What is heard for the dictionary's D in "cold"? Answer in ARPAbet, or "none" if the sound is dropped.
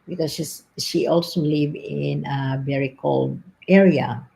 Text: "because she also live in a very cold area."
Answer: D